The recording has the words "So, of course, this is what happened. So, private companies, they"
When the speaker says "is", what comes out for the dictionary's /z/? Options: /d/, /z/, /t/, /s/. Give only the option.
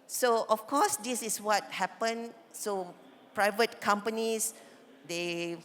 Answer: /s/